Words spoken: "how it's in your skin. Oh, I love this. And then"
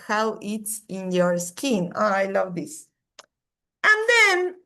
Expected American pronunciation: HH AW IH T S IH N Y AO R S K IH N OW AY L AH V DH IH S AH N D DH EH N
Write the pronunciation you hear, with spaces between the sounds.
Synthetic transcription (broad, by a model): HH AW IH T S IH N Y AO R S K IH N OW AY L AH V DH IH S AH N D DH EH N